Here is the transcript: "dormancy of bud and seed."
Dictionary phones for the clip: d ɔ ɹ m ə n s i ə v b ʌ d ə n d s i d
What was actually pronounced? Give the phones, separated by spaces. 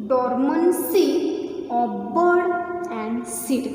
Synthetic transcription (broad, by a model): d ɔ ɹ m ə n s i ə b b ʌ d ə n d s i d